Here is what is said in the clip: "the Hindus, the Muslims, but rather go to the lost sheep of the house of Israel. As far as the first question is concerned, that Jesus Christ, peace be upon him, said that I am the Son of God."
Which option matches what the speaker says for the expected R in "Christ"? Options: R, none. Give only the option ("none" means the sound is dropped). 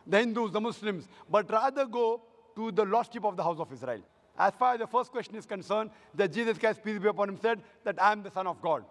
none